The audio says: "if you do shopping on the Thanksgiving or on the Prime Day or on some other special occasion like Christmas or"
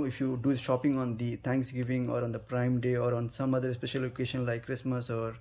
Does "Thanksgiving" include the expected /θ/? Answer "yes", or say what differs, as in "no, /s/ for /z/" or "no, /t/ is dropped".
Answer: no, /t/ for /θ/